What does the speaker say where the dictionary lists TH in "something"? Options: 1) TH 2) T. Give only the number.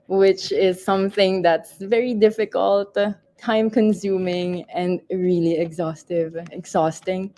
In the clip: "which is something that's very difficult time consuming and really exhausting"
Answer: 1